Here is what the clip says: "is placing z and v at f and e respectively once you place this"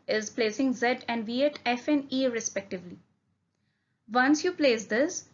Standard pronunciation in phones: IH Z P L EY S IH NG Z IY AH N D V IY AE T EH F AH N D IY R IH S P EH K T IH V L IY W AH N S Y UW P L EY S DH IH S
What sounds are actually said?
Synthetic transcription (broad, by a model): IH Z P L EY S IH NG Z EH AH N D V IY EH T EH F AH N D IY R IH S P EH K T IH V L IY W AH N S Y UW P L EY S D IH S